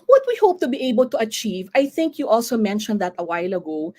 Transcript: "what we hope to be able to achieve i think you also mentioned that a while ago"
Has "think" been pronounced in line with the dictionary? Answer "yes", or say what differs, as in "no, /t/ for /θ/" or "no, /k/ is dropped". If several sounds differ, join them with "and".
yes